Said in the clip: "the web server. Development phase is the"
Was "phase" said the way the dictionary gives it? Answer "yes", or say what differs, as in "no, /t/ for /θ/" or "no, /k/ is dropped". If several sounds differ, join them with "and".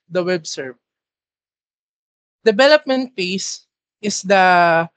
no, /s/ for /z/